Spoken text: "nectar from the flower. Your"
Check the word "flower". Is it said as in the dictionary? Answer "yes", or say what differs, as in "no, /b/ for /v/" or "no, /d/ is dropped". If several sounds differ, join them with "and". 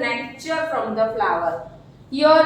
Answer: yes